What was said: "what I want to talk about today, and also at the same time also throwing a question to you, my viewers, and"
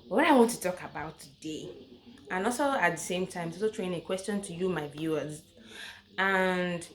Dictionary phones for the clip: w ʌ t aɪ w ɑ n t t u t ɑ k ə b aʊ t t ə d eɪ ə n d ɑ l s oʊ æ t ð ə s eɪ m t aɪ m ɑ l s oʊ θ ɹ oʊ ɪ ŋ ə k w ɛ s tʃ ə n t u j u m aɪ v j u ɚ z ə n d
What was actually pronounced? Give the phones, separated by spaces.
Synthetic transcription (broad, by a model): w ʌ t aɪ w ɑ n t t u t ɑ k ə b aʊ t t ə d eɪ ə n ɑ l s oʊ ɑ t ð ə s eɪ m t aɪ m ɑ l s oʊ t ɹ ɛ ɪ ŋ ə k w ɛ s tʃ ə n t u j u m aɪ v j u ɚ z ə n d